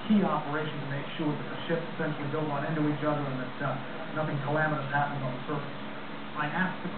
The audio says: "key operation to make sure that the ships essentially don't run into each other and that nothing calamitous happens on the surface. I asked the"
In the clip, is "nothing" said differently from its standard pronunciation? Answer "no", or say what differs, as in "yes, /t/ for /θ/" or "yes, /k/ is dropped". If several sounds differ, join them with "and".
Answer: no